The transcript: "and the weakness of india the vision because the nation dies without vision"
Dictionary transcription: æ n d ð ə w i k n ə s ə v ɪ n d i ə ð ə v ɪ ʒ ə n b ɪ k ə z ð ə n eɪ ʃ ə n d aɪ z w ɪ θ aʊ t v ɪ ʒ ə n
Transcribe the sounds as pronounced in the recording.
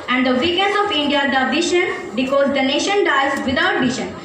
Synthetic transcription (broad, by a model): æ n d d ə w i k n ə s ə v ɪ n d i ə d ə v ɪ ʃ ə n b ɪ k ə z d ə n eɪ ʃ ə n d aɪ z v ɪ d aʊ t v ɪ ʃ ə n